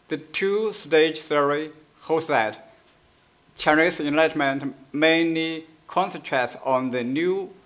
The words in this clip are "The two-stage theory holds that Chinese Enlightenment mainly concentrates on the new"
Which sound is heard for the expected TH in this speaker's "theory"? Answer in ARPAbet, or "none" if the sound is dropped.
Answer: S